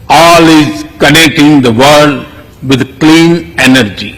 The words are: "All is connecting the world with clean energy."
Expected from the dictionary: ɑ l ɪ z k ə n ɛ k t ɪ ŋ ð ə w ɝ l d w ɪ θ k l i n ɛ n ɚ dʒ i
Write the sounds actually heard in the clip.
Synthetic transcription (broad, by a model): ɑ l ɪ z k ə n ɛ k t ɪ ŋ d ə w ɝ d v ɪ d k l i n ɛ n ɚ dʒ i